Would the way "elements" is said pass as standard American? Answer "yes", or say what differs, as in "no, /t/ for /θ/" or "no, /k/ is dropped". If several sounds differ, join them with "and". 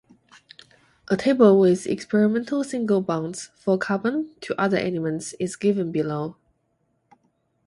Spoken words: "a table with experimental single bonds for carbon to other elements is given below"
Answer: no, /n/ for /l/